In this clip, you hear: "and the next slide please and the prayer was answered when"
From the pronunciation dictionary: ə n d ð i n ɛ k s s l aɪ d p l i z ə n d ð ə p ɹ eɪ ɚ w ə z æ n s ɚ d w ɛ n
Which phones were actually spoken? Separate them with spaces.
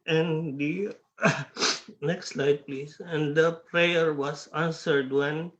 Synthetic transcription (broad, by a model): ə n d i n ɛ k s s l aɪ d p l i s ə n d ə p ɹ eɪ ɚ w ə s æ n s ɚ d w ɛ n